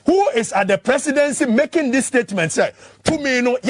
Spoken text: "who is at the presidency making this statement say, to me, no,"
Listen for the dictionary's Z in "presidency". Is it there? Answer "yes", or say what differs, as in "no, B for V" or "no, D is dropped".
no, S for Z